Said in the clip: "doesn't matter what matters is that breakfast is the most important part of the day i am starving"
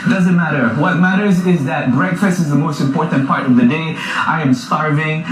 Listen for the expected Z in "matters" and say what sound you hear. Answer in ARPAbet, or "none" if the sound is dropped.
Z